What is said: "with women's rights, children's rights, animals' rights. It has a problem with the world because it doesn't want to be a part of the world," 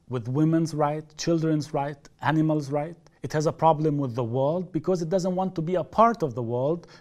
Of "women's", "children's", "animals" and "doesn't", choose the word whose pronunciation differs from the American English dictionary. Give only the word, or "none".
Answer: none